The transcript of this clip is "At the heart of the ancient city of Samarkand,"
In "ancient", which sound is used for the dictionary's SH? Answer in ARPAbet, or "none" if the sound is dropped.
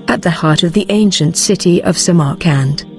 SH